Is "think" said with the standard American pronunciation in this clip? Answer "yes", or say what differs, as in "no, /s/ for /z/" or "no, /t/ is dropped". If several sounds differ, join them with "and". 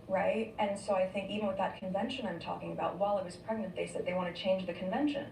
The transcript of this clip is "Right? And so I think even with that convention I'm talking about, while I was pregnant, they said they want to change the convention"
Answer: yes